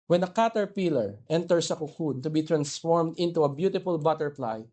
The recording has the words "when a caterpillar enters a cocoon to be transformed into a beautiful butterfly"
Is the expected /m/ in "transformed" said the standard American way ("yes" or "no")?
yes